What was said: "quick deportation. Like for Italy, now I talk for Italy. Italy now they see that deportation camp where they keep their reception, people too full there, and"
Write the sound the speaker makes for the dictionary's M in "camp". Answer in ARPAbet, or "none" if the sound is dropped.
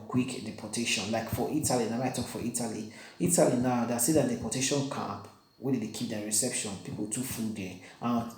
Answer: none